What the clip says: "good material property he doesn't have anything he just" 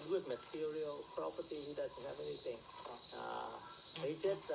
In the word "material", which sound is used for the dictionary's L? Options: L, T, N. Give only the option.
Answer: L